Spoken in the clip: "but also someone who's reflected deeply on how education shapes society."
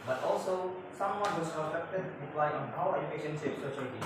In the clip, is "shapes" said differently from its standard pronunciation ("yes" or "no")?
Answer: yes